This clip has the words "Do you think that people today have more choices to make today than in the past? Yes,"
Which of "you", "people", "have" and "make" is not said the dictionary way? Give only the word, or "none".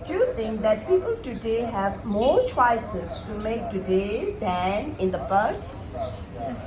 none